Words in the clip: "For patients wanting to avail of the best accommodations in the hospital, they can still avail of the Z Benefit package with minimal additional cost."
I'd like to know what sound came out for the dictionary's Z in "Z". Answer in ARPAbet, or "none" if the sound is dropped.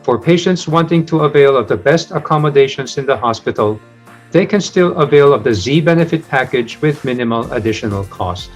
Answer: Z